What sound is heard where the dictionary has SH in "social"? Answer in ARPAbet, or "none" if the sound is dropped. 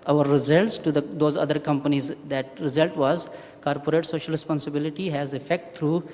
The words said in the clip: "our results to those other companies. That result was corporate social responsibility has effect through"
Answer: SH